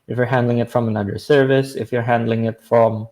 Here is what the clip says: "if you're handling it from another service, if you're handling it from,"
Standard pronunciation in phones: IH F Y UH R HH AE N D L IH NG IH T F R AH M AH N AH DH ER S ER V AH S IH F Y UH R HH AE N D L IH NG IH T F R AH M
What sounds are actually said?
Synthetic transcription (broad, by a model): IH F Y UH R HH AE N D L IH NG IH T F R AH M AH N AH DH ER S ER V AH S IH F Y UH R HH AE N D L IH NG IH T F R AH M